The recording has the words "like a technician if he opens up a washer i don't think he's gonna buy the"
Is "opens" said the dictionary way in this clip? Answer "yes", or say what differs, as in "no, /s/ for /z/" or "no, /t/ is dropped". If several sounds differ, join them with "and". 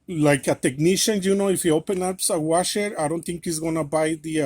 no, /z/ is dropped